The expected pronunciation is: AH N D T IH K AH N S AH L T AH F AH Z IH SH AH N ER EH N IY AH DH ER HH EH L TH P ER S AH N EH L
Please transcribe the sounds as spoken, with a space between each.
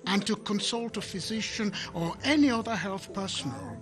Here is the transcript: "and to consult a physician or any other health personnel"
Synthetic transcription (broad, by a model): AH N T IH K AH N S AH L T AH F AH Z IH SH AH N ER EH N IY AH DH ER HH EH L TH P ER S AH N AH L